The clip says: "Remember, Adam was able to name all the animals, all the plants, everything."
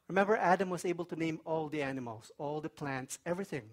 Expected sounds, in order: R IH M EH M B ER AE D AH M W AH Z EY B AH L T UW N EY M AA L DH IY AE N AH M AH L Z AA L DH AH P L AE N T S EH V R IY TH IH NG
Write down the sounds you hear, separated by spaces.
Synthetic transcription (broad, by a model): R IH M EH M B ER AE D AH M W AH S EY B AH L T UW N EY M AA L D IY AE N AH M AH L S AA L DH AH P L AE N T S EH V R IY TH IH NG